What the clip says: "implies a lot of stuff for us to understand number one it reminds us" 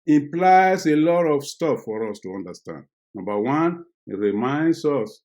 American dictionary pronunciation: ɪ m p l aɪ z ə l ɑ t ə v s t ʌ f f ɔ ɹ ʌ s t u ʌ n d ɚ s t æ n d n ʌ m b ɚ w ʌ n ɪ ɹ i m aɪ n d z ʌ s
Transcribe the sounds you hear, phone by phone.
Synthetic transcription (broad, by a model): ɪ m p l aɪ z ə l ɑ t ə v s t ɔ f f ɔ ɹ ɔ s t u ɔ n d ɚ s t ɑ n d n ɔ m b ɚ w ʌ n ɪ ɹ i m aɪ n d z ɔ s